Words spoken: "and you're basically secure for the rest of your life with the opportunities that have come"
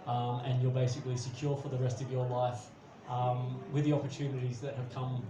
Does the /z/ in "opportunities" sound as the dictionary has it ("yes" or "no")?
yes